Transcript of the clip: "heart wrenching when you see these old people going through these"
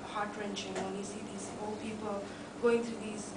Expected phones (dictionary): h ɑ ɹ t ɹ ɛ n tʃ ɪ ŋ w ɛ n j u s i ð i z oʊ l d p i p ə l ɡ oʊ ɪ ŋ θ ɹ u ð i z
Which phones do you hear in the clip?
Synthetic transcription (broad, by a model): h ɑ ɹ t ɹ ɛ n tʃ ɪ ŋ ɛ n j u s i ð i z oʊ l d p i p ə l ɡ oʊ ɪ ŋ t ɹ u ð i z